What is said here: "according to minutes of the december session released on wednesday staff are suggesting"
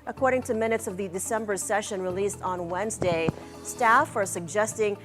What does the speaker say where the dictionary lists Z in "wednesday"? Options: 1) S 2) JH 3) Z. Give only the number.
3